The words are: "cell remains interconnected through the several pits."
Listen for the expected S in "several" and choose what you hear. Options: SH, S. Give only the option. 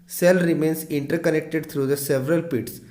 S